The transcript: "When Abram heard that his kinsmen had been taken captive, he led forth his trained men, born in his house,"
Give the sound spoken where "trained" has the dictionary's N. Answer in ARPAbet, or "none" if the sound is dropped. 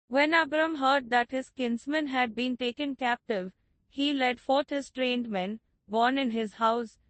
N